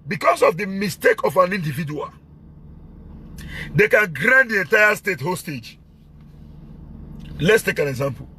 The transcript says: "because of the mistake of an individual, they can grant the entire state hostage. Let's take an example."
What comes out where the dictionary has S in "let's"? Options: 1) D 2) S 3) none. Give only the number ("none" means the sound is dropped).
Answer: 2